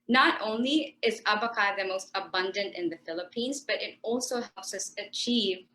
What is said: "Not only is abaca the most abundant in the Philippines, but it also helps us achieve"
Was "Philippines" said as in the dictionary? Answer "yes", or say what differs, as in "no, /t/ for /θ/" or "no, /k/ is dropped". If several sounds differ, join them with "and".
yes